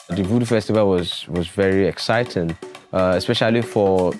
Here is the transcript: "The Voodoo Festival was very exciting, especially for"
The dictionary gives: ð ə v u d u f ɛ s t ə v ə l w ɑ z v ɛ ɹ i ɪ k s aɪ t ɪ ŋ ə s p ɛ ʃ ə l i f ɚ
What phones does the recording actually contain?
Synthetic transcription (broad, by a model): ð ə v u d f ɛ s t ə v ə l w ɑ z v ɛ ɹ i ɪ k s aɪ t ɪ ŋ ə s p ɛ ʃ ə l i f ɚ